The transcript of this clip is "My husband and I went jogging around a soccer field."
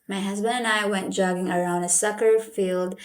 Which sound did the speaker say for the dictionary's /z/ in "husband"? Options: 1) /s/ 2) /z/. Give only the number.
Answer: 2